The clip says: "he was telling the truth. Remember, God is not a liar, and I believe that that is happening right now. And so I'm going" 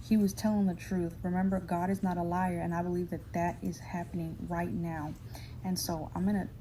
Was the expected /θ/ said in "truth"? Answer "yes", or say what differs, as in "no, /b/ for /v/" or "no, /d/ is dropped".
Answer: yes